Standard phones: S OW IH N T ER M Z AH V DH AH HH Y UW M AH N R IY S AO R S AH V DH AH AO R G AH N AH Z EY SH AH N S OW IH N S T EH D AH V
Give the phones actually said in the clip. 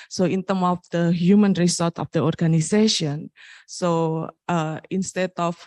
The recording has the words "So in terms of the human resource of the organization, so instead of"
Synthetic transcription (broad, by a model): S OW IH N T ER M AH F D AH HH Y UW M AH N R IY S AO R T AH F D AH AO R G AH N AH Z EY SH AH N S OW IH N S T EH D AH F